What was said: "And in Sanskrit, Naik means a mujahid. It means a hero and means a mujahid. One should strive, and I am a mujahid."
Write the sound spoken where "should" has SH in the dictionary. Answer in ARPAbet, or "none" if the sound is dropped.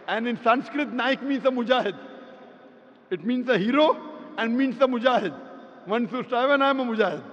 S